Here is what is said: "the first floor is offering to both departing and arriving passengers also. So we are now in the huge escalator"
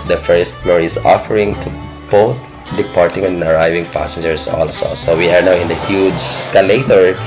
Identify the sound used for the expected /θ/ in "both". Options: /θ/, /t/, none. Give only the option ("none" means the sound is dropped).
/t/